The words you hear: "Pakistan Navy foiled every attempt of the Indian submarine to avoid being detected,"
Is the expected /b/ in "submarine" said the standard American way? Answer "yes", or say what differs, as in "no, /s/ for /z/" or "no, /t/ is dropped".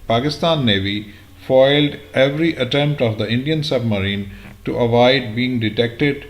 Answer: yes